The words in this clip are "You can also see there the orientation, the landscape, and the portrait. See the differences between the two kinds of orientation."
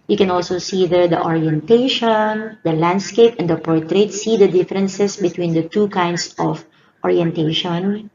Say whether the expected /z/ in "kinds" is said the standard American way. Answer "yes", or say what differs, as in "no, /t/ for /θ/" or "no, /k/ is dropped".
no, /s/ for /z/